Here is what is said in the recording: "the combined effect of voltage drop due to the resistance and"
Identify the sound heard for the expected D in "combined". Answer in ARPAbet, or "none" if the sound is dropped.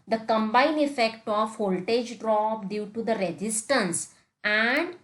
none